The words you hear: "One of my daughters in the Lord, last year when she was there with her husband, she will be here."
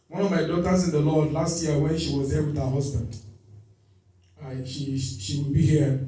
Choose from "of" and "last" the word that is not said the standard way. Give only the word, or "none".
none